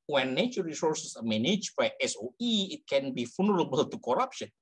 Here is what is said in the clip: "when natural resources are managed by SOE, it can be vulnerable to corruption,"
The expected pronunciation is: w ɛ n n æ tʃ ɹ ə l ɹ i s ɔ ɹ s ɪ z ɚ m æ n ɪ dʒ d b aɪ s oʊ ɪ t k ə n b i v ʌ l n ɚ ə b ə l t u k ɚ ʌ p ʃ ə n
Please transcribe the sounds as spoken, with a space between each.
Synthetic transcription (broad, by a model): w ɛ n n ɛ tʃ ə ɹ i s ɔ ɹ s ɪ s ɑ m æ n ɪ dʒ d b aɪ s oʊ ɪ t k ə n b i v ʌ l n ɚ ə b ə l t u k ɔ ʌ p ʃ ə n